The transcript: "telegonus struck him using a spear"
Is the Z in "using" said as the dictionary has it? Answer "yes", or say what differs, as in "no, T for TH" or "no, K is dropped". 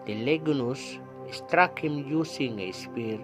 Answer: no, S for Z